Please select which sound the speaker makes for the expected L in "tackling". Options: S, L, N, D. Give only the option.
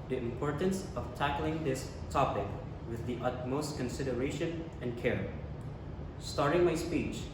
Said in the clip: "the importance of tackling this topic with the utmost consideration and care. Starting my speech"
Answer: L